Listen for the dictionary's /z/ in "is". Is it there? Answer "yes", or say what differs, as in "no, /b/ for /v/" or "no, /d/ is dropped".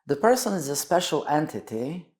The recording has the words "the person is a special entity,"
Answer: yes